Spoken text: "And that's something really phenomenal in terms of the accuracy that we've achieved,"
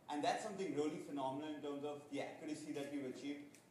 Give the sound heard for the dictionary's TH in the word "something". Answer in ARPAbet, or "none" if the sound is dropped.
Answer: T